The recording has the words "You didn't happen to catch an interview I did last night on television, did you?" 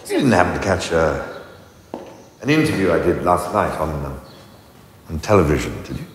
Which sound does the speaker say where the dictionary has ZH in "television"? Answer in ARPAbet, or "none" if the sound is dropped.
ZH